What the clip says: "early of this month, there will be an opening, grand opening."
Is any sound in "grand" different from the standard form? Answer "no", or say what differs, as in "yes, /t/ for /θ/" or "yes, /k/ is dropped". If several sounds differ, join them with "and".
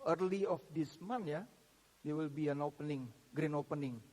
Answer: yes, /d/ is dropped